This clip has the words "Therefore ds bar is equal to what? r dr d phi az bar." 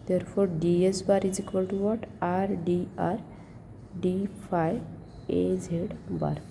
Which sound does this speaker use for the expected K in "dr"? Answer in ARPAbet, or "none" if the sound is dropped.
none